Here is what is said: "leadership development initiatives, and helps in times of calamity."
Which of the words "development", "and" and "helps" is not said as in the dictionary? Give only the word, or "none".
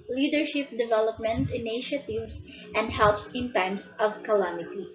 none